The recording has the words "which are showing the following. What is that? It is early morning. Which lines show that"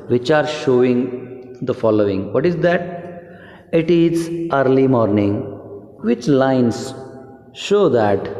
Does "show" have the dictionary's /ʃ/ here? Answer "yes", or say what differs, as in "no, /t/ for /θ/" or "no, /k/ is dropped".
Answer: yes